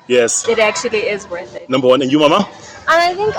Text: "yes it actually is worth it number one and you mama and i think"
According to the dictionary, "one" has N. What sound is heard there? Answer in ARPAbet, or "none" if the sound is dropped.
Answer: N